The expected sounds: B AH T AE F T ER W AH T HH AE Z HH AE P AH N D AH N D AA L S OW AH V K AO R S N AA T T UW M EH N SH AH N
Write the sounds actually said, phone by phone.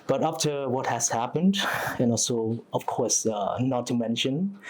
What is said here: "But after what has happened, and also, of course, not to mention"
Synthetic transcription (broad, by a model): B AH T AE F T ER W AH T HH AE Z HH AE P AH N D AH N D AA L S OW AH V K AO R S N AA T T UW M EH N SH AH N